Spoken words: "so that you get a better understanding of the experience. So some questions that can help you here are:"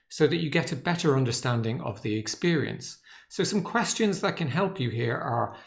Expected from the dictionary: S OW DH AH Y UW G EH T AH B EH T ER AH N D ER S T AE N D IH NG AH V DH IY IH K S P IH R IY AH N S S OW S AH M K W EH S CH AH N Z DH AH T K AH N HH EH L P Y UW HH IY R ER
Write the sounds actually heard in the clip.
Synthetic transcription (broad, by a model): S OW DH AH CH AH G EH T AH B EH T ER AH N D ER S T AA N D IH NG AH V DH IY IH K S P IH R IY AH N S S OW S AH M K W EH S CH AH N Z DH AH T K AH N HH EH L P Y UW HH IY R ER